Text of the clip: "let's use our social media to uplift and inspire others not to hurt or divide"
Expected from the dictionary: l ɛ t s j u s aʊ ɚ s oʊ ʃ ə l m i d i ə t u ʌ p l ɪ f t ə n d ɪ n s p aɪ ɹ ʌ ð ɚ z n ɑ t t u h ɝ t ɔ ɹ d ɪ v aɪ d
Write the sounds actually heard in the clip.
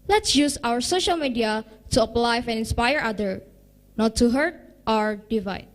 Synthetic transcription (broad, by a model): l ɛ t s j u s aʊ ɚ s oʊ ʃ ə l m i d i ə t u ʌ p l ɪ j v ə n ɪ n s p aɪ ɹ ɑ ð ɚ n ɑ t t u h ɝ t ɔ ɹ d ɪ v aɪ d